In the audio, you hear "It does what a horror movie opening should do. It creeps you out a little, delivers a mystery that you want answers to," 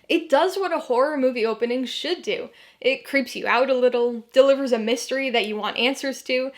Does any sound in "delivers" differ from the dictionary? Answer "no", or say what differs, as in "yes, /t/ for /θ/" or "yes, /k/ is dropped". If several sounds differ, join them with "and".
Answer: no